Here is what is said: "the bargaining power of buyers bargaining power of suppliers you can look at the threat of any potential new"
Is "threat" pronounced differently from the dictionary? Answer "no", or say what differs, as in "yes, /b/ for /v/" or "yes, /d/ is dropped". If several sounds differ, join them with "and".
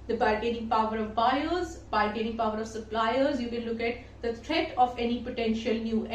yes, /t/ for /θ/